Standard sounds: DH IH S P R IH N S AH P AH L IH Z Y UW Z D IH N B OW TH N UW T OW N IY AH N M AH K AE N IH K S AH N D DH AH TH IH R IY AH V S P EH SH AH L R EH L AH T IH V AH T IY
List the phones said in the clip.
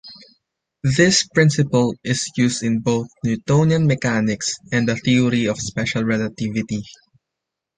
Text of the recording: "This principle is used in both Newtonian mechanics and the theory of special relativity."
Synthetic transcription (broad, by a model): DH IH S P R IH N S AH P AH L IH S Y UW S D IH N B OW TH N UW T OW N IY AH N M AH K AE N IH K S AH N D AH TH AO R IY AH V S P EH SH AH L R EH L AH T IH V AH T IY